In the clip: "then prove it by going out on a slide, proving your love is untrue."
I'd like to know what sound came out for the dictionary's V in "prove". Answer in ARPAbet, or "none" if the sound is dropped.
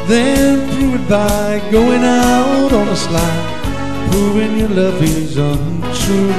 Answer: W